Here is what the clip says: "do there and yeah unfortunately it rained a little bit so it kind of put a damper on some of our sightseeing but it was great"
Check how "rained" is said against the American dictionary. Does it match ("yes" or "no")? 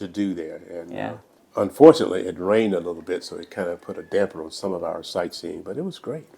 yes